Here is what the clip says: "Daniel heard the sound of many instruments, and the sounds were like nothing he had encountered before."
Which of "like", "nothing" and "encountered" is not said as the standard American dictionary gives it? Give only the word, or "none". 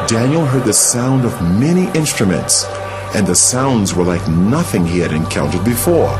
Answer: none